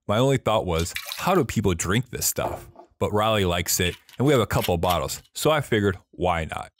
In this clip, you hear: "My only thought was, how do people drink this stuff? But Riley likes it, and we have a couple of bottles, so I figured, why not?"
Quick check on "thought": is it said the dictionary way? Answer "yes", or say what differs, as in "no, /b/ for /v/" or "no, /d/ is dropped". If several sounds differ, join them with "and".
yes